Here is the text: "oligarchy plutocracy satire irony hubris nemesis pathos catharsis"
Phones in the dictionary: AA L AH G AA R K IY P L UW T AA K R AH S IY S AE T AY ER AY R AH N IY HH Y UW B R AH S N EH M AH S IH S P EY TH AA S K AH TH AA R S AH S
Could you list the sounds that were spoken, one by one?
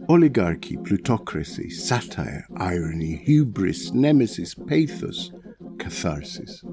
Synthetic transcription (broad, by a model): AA L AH G AA R K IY P L UW T AA K R AH S IY S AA T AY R AY R AH N IY HH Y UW B R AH S N EH M AH S IH S P EY TH AA S K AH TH AA R S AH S